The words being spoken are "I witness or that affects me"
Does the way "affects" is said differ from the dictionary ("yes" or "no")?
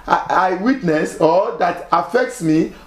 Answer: no